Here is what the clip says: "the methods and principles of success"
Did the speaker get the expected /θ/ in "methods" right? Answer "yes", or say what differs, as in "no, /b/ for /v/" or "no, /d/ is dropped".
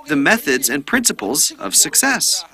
yes